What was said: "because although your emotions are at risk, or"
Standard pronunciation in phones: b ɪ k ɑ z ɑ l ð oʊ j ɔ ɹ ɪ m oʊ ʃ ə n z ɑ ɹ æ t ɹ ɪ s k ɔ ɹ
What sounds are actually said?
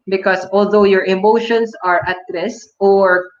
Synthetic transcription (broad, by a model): b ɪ k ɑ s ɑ l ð oʊ j ɔ ɹ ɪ m oʊ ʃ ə n s ɑ ɹ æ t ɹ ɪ s ɔ ɹ